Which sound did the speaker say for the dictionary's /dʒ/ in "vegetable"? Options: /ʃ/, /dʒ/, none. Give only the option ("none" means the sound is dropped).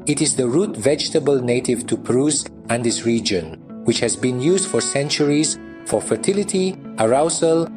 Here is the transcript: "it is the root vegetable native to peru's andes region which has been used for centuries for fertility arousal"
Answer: /dʒ/